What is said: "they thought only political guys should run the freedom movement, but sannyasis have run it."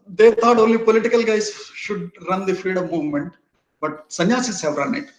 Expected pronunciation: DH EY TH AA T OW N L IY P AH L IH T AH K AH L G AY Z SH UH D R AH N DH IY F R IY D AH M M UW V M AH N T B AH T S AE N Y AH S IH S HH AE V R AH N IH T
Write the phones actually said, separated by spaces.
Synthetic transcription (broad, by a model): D EY T AA T OW N L IY P AH L IH T AH K AH L G AY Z SH UH D R AH N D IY F IY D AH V M UW V M AH N T B AH T S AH N Y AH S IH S HH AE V R AH N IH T